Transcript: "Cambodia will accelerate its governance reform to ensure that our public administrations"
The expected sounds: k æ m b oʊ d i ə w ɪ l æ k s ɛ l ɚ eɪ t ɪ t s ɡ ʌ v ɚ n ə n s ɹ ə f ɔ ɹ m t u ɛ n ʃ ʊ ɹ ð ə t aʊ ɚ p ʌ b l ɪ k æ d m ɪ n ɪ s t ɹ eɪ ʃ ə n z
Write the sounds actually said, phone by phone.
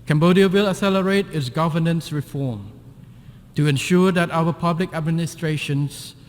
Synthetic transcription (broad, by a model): k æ m b oʊ d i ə w ɪ l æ s ɛ l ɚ eɪ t ɪ t s ɡ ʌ v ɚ n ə n s ɹ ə f ɔ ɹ m t u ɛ n ʃ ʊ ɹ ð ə t aʊ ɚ p ʌ b l ɪ k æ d m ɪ n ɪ s t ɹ eɪ ʃ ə n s